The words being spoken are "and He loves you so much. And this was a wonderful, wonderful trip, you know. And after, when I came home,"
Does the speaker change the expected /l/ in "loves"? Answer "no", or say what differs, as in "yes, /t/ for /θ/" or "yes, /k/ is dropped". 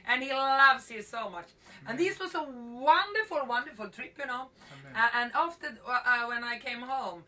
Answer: no